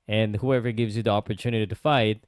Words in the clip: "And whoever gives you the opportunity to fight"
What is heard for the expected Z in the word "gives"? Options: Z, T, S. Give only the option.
Z